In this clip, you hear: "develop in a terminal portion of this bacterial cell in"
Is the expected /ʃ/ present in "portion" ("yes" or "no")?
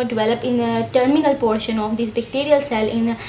yes